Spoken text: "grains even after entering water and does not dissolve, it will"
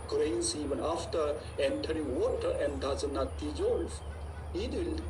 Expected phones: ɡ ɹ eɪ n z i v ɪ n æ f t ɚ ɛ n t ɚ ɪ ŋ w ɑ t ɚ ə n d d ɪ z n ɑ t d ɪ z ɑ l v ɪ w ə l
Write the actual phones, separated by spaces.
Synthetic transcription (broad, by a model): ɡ ɹ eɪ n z i v ɪ n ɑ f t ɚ ɛ n t ɚ ɪ ŋ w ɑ t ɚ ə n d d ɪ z n ɑ t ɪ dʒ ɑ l f ɪ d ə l